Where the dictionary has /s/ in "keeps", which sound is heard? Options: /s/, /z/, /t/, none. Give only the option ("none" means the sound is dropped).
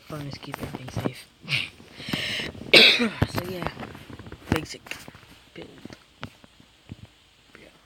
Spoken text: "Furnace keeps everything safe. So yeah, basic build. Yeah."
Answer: none